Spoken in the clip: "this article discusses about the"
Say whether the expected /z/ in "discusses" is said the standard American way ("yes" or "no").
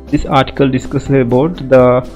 no